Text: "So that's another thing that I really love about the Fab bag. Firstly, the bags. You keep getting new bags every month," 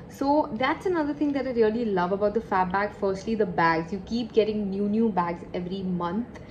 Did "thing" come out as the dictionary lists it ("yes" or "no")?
no